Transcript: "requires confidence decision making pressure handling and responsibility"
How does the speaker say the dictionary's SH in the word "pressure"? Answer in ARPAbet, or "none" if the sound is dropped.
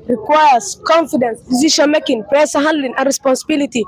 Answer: S